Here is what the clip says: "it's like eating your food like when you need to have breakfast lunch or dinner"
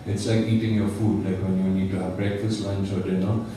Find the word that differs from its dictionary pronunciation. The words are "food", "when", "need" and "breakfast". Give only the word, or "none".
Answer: none